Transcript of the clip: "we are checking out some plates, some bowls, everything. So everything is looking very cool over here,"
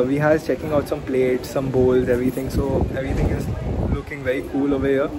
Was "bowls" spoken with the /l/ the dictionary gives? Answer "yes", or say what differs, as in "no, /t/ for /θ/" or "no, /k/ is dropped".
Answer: yes